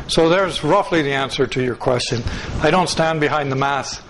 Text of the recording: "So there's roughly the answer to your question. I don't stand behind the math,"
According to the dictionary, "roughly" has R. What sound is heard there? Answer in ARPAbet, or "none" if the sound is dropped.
R